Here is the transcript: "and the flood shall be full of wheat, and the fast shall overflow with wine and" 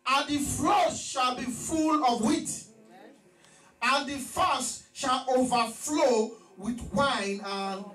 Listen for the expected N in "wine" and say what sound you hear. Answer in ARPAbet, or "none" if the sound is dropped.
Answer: N